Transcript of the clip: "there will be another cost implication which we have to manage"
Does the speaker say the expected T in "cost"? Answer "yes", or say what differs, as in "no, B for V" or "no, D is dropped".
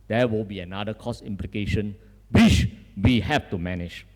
no, T is dropped